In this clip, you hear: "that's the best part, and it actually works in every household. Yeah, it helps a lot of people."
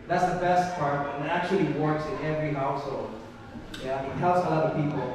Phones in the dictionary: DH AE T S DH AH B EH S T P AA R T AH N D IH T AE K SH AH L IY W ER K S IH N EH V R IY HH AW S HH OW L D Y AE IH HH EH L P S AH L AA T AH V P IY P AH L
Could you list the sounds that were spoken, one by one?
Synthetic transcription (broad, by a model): DH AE T S DH AH B EH S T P AA R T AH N IH T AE K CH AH L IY W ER K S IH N EH V R IY HH AW S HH OW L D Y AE IH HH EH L S AH L AA T AH V P IY P L